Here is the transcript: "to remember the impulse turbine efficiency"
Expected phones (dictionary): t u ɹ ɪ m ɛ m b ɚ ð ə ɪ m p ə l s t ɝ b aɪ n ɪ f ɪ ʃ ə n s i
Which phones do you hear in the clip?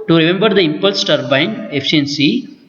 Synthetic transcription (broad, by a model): t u ɹ ɪ m ɛ m b ɚ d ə ɪ m p ə l s t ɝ b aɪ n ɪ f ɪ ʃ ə n s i